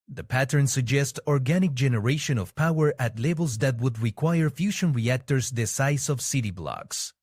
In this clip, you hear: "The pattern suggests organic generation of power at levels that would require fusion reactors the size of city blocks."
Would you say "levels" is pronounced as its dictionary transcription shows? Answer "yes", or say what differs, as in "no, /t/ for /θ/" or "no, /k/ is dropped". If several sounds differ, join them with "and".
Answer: no, /b/ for /v/